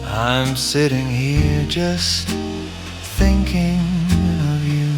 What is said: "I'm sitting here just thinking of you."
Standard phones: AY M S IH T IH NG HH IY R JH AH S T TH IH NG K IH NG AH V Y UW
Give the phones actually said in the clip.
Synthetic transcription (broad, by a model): AY M S IH T IH NG HH IY R JH AH S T TH IH NG K IH NG AH V Y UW